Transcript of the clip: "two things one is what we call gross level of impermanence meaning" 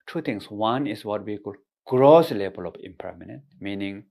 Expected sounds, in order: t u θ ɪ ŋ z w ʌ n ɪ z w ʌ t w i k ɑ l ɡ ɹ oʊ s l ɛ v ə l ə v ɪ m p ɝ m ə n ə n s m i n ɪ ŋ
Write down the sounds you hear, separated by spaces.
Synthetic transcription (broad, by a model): t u t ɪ ŋ s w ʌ n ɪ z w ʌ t w i k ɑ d ɡ ɹ oʊ s l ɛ b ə l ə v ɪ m p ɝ m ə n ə n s m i n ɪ ŋ